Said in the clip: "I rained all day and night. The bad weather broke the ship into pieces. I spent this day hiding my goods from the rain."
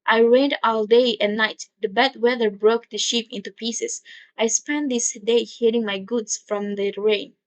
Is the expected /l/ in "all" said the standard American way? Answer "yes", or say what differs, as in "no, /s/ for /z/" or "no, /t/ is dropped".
yes